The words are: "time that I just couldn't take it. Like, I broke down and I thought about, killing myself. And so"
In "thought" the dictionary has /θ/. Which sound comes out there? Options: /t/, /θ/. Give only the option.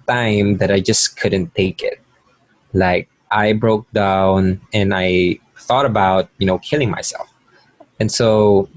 /θ/